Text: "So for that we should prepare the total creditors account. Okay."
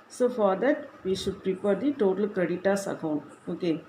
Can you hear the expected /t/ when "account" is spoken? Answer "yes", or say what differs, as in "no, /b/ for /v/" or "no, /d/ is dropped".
no, /t/ is dropped